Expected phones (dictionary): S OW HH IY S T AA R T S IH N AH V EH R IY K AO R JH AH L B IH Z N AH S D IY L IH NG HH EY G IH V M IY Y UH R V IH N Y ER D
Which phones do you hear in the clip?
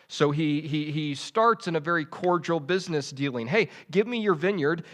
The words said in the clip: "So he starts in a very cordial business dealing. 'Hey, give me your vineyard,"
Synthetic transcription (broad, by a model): S OW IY IY S T AA R T S IH N AH V EH R IY K AO R JH L B IH Z N AH S D IY L IH NG HH EY G IH V M IY Y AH R V IH N Y ER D